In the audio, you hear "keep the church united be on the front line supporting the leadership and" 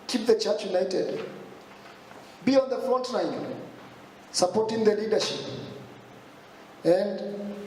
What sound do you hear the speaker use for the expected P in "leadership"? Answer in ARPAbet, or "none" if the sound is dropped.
P